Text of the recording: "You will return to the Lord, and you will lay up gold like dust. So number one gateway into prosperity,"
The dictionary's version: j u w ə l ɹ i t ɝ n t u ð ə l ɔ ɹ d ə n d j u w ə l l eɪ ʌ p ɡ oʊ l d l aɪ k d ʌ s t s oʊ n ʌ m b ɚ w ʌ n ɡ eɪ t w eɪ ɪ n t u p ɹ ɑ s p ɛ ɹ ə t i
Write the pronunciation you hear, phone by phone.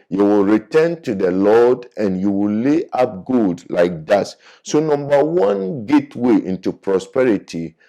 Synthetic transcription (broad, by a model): j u w ə l ɹ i t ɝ n t u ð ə l ɔ d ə n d j u w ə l l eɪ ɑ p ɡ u d l aɪ k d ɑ t s oʊ n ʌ m b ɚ w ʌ n ɡ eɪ t w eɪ ɪ n t u p ɹ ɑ s p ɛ ɹ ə t i